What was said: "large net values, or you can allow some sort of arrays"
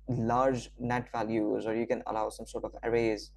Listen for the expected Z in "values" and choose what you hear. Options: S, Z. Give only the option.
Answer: Z